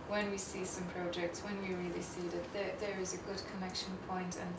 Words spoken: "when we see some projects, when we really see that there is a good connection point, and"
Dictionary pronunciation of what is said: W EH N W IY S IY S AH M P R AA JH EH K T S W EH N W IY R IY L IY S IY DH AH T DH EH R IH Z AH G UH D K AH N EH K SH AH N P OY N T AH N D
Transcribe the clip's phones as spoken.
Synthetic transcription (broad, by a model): W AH N W IY S IY S AH M P R AA JH EH K T S W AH N W IY R IY L IY S IY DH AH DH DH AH R IH Z AH G UH D K AH N EH K SH AH N P OY N T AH N